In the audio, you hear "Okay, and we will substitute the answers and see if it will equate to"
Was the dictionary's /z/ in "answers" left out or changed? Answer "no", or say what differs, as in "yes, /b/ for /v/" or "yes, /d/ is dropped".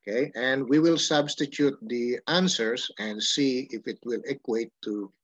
yes, /s/ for /z/